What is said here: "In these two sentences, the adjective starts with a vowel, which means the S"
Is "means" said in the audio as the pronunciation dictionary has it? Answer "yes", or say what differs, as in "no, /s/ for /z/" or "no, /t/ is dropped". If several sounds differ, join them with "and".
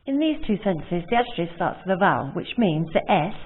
yes